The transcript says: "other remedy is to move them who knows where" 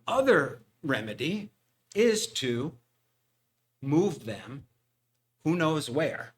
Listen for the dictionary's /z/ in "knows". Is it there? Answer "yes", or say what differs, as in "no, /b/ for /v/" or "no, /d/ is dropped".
yes